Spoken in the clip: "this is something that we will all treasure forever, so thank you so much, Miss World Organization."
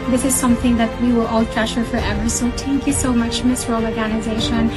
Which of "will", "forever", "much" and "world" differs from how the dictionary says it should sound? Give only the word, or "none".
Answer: world